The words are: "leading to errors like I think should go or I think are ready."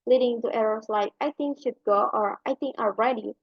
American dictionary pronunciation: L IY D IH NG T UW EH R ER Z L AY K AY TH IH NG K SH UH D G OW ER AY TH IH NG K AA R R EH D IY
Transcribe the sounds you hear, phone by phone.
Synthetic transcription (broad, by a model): L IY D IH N T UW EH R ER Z L AY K AY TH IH NG K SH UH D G OW ER AY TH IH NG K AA L R EH D IY